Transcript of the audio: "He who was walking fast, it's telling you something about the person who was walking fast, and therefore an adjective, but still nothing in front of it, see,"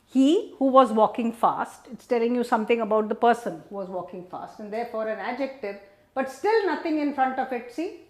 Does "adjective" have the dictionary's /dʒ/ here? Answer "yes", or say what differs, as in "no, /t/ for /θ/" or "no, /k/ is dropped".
yes